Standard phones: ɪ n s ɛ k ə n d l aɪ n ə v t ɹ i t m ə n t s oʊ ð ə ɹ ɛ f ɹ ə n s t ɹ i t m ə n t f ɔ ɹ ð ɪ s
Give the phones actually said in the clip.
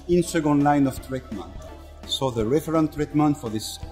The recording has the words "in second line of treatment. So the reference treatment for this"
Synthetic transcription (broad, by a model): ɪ n s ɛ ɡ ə n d l aɪ n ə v t ɹ i t m ə n t s oʊ ð ə ɹ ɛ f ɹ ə n t ɹ i t m ə n t f ɔ ɹ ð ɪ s